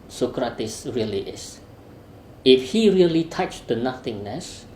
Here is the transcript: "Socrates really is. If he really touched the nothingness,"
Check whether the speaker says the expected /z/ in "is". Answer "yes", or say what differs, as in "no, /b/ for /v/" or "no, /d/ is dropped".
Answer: no, /s/ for /z/